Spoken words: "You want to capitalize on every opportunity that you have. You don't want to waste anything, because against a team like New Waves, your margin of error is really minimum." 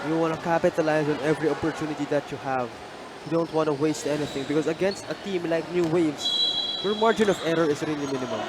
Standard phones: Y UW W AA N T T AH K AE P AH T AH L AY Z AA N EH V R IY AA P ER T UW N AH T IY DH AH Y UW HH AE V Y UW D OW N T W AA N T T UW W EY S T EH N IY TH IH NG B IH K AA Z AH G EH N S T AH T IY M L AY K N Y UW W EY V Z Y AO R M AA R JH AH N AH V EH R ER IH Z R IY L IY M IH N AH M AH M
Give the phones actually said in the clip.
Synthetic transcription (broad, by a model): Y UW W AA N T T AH K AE P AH T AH L AY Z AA N EH V R IY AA P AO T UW N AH T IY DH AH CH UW HH AE V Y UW D OW N T W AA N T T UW W EY S T EH N IY TH IH NG B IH K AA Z AH G EH N S T AH T IY M L AY K N Y UW W EY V S Y AO R M AA R JH AH N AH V EH R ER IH S R IY L IY M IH N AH M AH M